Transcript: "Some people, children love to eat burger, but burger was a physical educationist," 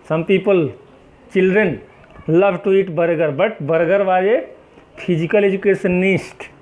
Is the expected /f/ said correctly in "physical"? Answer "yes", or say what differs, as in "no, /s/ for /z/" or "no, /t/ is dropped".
no, /p/ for /f/